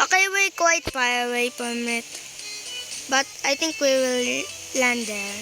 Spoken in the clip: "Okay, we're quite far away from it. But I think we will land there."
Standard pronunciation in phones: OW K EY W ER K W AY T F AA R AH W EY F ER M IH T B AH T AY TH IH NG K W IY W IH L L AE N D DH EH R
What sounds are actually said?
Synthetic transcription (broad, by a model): OW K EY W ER K W AY T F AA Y AH W EY P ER M IH T B AH T AY T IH NG K W IY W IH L L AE N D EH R